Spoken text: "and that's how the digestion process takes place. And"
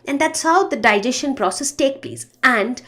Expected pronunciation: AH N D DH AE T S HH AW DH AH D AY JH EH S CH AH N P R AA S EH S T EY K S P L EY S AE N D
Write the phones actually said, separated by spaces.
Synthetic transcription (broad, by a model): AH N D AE T S HH AW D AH D AY JH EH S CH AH N P R AA S EH S T EY K P L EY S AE N D